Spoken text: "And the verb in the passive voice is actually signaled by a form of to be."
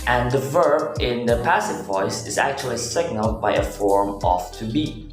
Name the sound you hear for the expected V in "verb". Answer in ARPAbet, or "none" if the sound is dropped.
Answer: V